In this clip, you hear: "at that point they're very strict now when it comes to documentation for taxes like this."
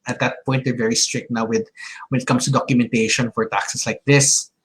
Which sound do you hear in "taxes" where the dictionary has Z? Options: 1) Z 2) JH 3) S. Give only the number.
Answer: 3